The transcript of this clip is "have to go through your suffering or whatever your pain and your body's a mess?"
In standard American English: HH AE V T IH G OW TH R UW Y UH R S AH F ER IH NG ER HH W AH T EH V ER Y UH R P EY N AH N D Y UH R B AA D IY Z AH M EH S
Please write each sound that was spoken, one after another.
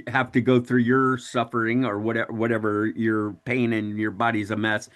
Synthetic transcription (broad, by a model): HH AE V T IH G OW TH R UW Y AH R S AH F ER IH NG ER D W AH T EH V ER Y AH R P EY N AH N Y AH R B AA D IY Z AH M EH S